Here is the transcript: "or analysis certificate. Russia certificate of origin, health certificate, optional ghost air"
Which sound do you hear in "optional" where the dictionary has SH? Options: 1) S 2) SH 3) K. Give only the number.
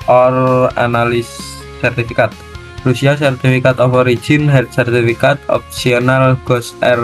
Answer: 1